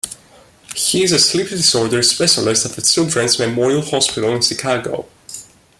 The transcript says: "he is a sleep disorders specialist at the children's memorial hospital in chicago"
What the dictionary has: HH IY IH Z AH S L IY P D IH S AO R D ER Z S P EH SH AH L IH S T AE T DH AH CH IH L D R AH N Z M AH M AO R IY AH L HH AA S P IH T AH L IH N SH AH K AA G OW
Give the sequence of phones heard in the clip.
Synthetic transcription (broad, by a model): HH IY IH Z AH S L IY P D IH S AO R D ER S P EH SH AH L IH S T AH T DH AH S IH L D R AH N S M AH M AO R IY AH L HH AA S P IH T AH L IH N SH AH K AA G OW